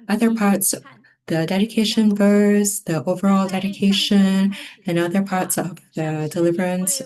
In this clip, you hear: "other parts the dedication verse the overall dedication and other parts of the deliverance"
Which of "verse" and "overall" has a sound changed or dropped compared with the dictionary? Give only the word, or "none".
none